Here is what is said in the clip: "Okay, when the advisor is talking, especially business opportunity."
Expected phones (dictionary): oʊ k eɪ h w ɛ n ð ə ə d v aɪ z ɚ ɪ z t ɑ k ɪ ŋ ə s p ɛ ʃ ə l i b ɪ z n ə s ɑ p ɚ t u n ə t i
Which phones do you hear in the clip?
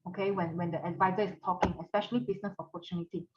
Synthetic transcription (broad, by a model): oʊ k eɪ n w ɛ n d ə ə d v aɪ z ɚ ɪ s t ɑ k ɪ ŋ ə s p ɛ ʃ ə l i b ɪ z n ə s ɑ p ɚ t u n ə t i